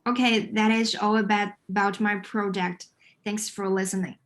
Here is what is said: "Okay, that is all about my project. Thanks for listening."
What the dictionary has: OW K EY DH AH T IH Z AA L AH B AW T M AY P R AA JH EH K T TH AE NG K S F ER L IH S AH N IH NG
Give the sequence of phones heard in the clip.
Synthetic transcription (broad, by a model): OW K EY DH AH T IH Z AA L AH B AW T M AY P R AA JH EH K T TH AE NG K S F ER L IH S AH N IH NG